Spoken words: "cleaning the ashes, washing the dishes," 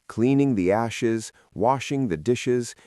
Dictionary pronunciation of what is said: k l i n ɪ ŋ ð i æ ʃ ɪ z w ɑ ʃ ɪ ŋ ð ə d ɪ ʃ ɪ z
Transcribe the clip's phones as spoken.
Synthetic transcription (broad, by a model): k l i n ɪ ŋ ð i æ ʃ ɪ z w ɑ ʃ ɪ ŋ ð ə d ɪ ʃ ɪ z